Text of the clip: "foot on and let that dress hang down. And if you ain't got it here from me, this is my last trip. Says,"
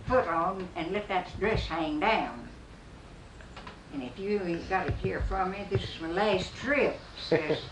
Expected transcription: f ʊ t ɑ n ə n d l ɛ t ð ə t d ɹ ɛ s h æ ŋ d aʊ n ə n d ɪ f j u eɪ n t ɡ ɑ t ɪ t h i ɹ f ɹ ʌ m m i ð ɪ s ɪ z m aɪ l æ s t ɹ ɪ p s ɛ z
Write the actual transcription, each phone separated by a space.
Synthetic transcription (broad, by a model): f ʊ t n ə n l ɛ t ð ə t d ɹ ɛ s h æ ŋ d aʊ n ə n ɪ f j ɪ ɡ ɑ t ɪ t h i ɹ f ɹ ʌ m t ð ɪ s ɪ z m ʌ l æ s t ɹ ɪ p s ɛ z